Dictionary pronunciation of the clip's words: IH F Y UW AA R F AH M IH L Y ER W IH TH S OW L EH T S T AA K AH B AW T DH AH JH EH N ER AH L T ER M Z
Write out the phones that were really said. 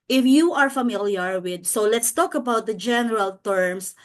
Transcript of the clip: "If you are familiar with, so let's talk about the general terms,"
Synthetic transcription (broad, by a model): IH F Y UW AA R F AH M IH L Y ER W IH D S OW L EH T S T AA K AH B AW T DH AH JH EH N ER AH L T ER M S